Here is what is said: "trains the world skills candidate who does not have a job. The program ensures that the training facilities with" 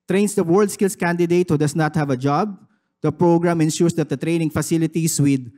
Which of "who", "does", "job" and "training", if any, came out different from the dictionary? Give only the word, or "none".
does